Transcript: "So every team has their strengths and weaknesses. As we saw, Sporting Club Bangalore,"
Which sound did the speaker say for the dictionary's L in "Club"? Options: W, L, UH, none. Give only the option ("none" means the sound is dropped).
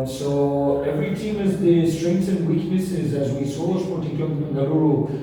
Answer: none